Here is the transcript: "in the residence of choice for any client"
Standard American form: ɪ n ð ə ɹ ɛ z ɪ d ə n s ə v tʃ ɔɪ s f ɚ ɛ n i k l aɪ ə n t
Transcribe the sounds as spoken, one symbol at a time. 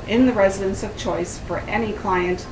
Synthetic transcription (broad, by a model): ɪ n ð ə ɹ ɛ z ɪ d ə n s ə v tʃ ɔɪ s f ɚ ɛ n i k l aɪ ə n t